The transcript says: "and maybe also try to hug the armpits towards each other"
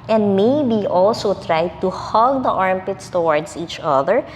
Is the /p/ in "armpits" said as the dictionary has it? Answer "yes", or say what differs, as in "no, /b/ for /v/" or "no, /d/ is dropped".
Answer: yes